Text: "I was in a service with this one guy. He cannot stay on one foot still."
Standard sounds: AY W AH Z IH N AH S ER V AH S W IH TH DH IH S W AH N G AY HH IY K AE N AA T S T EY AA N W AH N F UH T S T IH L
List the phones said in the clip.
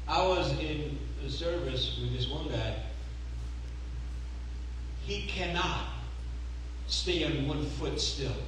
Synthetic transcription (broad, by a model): AY W AH Z IH N AH S ER V AH S W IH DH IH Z W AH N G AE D IY K AE N AA T S T EY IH N W AH N F UH T S T IH L